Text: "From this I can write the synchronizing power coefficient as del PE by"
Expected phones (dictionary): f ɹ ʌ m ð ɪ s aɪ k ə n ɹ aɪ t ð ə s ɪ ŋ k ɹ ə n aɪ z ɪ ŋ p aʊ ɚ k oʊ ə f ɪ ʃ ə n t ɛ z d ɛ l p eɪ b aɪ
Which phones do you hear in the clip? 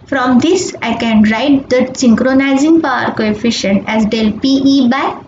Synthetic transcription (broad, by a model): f ɹ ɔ m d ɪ s aɪ k ə n ɹ aɪ t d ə s ɪ ŋ k ɹ ə n aɪ z ɪ ŋ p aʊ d k oʊ ə f ɪ ʃ ə n t ɛ z d ɛ l p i b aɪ